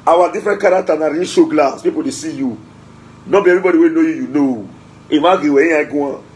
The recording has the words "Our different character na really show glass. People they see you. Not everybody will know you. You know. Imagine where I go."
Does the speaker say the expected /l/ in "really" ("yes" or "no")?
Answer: no